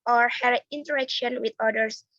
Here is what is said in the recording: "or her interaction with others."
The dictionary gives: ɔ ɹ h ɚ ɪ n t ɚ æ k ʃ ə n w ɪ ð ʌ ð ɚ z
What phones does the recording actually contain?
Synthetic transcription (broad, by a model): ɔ ɹ h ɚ ɪ n t ɚ æ k ʃ ə n w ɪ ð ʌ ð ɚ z